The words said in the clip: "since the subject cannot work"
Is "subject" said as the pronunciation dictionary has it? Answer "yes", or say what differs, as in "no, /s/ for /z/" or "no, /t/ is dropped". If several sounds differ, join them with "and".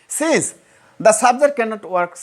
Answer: no, /k/ is dropped